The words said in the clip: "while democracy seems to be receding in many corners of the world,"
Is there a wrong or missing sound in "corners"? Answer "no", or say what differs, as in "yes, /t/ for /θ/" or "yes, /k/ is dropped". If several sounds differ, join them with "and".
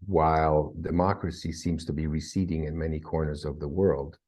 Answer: no